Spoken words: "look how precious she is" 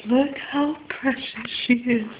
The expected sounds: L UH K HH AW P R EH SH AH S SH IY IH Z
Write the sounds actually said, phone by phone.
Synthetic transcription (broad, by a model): L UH K HH AW P R EH SH AH S SH IY IH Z